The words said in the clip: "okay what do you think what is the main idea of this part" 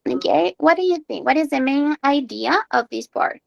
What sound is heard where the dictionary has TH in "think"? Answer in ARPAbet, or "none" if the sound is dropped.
TH